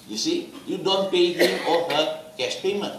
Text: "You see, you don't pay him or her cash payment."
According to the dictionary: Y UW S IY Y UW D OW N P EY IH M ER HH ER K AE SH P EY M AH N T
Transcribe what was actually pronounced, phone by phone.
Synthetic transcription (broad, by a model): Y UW S IY Y UW D OW N P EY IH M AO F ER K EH S P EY M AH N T